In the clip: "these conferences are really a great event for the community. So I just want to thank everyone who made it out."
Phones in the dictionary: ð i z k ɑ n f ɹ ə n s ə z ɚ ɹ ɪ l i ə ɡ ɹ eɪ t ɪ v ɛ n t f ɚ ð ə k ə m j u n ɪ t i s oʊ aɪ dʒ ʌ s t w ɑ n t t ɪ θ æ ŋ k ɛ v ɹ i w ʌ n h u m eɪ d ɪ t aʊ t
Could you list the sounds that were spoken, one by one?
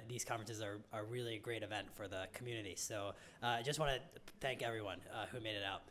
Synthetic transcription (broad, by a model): ð i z k ɑ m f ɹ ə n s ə z ɚ ɹ ɪ l i ə ɡ ɹ eɪ t ɪ v ɛ n t f ɚ ð ə k m j u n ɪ t i s oʊ aɪ dʒ ʌ s t w ɑ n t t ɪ θ æ ŋ k ɛ v ɹ i w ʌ n h u m eɪ d ɪ t aʊ t